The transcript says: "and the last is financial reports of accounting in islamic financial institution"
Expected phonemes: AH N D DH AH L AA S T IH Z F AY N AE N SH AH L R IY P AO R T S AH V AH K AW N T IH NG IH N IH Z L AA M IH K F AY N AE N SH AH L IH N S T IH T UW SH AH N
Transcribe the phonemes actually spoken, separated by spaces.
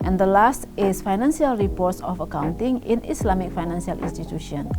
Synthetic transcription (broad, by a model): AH N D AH L AA S T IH S F AY N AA N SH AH L R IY P AO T S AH F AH K AW N T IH NG IH N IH S L AA M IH K F AY N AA N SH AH L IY N S T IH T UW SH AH N